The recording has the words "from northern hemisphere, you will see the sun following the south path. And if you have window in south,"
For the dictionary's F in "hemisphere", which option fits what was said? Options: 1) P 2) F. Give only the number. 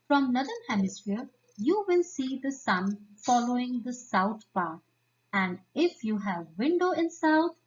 2